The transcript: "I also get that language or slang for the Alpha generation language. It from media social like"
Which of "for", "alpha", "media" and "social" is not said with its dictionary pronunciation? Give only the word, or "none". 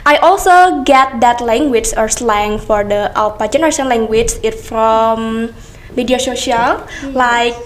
alpha